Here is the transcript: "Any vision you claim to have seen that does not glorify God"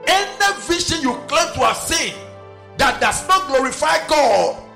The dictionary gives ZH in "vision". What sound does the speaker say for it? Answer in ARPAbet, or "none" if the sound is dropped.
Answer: SH